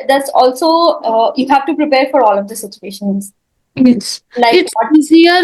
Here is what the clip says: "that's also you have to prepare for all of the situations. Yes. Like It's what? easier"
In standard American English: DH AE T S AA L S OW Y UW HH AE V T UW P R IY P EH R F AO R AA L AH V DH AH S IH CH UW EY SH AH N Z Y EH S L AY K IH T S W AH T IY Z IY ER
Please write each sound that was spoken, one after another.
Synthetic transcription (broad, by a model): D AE T S AA L S OW Y UW HH AE V T UW P R IY P EH R F AO R AA L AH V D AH S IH CH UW EY SH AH N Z Y EH S L AY IH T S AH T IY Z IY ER